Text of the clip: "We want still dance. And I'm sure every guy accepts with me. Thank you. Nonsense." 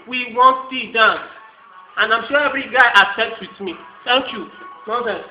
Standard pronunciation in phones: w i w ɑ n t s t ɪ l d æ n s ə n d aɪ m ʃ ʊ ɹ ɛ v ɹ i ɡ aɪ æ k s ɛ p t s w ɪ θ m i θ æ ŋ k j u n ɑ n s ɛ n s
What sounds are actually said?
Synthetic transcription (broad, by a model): w i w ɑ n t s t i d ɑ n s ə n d aɪ m ʃ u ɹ ɛ v ɹ i ɡ aɪ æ s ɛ t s w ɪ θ m i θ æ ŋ k j u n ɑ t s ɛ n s